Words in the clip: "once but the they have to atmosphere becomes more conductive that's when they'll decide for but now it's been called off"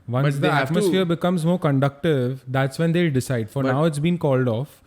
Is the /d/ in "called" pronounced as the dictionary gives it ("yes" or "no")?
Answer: yes